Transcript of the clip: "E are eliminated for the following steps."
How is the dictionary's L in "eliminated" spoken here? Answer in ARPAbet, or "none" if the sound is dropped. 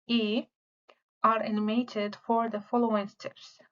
N